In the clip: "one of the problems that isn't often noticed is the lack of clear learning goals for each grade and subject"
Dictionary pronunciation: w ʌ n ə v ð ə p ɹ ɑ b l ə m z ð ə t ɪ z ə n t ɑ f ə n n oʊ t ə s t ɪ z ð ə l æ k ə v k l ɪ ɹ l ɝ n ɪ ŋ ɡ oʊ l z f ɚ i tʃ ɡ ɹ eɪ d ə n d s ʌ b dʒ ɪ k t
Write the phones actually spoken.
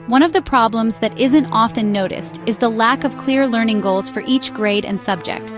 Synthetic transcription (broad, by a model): w ʌ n ə v ð ə p ɹ ɑ b l ə m z ð ə t ɪ z ə n t ɑ f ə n n oʊ t ə s t ɪ z ð ə l æ k ə v k l ɪ ɹ l ɝ n ɪ ŋ ɡ oʊ l z f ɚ i tʃ ɡ ɹ eɪ d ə n s ʌ b dʒ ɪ k t